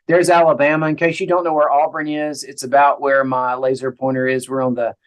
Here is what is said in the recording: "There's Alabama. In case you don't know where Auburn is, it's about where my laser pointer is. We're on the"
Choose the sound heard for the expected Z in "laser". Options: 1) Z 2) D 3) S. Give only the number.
1